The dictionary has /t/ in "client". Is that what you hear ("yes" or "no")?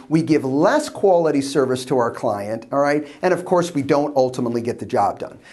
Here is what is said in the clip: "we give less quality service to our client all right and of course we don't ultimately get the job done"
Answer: yes